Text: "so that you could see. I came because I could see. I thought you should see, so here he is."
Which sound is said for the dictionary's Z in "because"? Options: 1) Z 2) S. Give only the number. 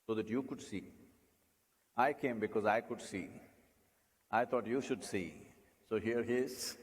1